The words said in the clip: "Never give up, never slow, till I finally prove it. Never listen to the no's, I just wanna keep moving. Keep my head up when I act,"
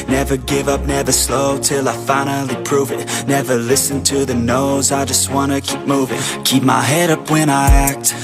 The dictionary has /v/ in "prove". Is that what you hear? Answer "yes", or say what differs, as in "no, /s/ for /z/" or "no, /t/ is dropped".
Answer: yes